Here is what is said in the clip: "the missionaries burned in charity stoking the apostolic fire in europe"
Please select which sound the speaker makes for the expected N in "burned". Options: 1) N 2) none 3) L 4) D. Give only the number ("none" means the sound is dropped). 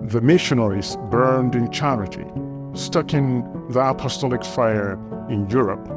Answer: 1